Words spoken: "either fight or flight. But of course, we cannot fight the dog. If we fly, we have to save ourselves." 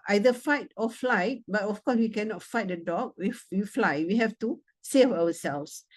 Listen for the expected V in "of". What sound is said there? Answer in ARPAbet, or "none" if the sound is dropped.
F